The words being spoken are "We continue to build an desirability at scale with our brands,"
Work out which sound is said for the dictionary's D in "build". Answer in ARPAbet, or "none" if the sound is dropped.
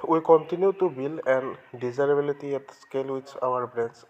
none